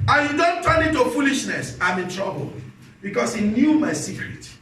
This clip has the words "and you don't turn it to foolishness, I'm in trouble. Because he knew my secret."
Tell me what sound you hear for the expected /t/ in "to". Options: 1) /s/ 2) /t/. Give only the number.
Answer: 2